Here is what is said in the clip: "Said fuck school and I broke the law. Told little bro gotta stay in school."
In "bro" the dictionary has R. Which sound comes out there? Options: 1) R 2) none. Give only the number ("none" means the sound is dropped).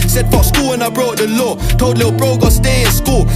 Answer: 1